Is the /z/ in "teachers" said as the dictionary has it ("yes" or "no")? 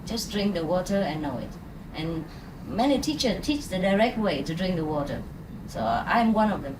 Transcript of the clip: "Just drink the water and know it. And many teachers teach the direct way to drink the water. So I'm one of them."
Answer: no